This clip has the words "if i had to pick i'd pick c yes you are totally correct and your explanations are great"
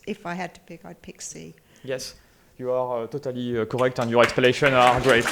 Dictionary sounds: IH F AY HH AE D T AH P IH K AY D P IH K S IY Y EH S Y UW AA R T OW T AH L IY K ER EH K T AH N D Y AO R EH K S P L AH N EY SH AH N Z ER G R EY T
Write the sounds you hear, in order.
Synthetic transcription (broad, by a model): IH F AY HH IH D T AH P IH K AY D P IH K S IY Y EH S Y UW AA R T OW T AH L IY K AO EH K T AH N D Y AO R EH K S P AH L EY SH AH N AA G R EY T